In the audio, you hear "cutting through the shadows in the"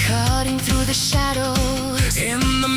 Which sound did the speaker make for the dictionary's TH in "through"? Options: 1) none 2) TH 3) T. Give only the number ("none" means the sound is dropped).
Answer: 2